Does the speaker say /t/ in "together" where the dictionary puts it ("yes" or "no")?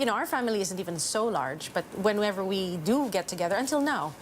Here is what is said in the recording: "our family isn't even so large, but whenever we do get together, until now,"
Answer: yes